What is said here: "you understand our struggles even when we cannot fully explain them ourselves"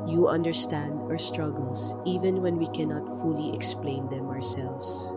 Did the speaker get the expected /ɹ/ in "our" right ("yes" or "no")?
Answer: yes